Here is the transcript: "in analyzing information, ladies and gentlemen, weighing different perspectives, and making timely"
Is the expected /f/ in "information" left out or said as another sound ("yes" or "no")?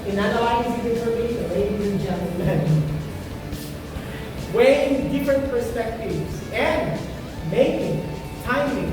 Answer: yes